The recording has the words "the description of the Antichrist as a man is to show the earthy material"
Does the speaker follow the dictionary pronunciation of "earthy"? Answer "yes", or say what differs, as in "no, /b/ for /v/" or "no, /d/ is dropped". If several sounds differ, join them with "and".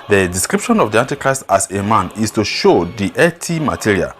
no, /t/ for /θ/